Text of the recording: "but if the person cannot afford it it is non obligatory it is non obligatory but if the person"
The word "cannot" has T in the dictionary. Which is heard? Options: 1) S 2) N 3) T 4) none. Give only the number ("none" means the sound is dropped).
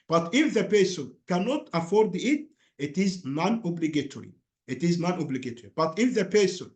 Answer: 3